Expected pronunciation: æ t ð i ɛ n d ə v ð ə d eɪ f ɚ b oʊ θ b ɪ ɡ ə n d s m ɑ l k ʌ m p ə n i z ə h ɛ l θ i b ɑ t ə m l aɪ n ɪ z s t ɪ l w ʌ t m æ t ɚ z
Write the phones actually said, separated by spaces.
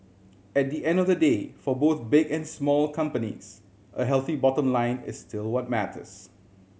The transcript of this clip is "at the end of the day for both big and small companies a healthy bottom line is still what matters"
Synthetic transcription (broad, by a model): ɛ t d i ɛ n d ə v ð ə d eɪ f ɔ b oʊ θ b ɪ ɡ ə n s m ɑ l k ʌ m p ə n i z ə h ɛ l θ i b ɑ t ə m l aɪ n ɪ s t ɪ l w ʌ t m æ t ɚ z